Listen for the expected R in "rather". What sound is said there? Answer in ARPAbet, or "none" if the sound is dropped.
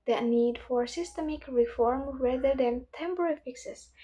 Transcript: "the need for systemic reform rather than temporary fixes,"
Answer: W